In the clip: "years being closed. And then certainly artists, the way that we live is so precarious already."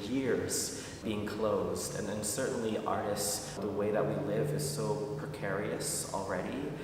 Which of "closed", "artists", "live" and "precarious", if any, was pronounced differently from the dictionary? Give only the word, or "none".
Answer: none